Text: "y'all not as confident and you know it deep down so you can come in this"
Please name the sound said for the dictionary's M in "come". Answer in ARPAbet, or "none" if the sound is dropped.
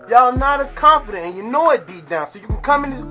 M